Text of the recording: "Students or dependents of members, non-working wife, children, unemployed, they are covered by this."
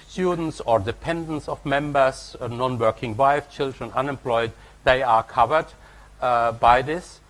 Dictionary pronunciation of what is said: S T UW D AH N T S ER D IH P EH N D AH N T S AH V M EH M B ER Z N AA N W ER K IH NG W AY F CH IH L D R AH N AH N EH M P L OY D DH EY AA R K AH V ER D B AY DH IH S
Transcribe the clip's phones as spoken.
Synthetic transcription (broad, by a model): S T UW D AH N T S ER D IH P EH N D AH N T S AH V M EH M B ER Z N AA N W ER K IH NG W AY F CH IH L D R AH N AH N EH M P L OY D DH EY AA R K AH V ER D B AY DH IH S